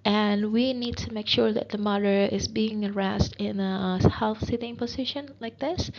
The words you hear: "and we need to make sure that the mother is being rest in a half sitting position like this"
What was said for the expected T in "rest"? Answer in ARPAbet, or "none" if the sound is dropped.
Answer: T